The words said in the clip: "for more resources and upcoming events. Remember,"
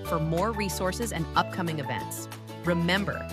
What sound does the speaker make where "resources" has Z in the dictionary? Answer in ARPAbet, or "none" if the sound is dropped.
Z